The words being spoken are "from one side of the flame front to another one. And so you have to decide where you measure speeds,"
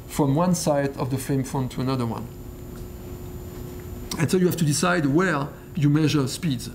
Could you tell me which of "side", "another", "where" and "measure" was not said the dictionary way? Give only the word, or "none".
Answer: none